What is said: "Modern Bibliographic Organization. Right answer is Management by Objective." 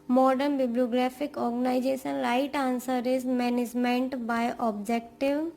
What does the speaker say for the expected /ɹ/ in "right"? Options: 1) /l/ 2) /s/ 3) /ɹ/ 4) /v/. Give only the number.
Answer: 1